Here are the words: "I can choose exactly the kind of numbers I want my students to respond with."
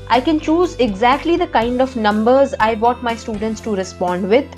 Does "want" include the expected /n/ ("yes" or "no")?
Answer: no